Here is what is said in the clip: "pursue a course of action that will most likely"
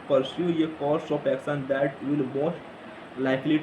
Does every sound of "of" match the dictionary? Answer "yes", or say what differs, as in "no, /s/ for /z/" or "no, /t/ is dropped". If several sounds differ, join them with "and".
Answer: no, /p/ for /v/